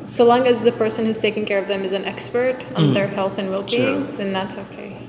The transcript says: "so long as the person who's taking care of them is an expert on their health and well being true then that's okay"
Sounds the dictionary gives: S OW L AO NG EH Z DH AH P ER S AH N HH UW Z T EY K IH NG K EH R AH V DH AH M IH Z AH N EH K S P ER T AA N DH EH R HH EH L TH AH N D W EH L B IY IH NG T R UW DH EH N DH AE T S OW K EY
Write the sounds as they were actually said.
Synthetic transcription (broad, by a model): S OW L AO NG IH Z DH AH P ER S AH N HH UW Z T EY K IH NG K EH R AH V DH AH M IH Z AH N EH K S P ER T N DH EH R HH EH L TH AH N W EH L B IY IH NG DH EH N DH AE T S OW K EY